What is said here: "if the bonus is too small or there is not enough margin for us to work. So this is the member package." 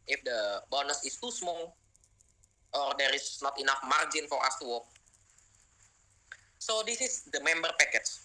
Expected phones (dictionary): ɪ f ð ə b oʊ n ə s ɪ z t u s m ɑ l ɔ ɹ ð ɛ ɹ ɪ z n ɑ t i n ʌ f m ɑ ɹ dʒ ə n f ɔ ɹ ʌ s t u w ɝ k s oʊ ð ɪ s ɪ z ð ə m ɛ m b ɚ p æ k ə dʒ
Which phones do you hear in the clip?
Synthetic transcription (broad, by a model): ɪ f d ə b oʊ n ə s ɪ s t u s m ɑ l ɔ ɹ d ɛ ɹ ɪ s n ɑ t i n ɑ f m ɑ ɹ dʒ ə n f ɔ ɹ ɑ s t u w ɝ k s oʊ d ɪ s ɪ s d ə m ɛ m b ɚ p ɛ k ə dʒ